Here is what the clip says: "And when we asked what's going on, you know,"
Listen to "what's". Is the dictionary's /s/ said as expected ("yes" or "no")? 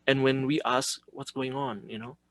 yes